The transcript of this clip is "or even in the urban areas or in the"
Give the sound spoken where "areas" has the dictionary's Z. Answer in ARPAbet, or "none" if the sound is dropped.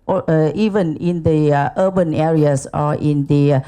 S